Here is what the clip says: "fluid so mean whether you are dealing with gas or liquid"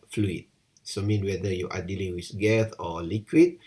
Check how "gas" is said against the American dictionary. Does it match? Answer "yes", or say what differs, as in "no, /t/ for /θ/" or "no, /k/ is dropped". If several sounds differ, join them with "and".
no, /θ/ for /s/